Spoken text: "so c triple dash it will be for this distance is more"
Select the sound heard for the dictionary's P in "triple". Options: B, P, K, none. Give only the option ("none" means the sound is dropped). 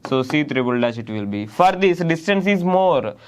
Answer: B